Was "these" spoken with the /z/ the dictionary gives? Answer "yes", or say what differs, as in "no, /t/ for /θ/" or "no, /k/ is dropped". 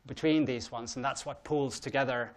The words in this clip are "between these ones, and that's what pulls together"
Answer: yes